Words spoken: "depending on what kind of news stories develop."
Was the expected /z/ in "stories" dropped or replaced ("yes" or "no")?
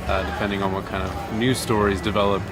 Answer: no